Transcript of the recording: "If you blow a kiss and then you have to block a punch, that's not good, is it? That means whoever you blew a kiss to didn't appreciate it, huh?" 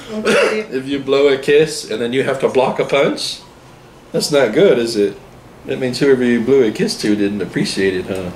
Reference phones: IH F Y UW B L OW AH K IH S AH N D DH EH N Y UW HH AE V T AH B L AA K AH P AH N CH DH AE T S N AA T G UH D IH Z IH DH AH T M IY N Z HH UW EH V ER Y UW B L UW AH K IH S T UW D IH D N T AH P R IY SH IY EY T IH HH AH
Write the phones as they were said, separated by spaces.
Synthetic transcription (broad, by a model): IH F Y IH B L OW AH K IH S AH N DH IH N Y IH HH AE F T AH B L AA K AH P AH N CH DH AE T S N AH T G UH D IH Z IH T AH T M IY N Z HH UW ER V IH B L UW AH K IH S T UW D IH D N T AH P R IY SH IY EY T IH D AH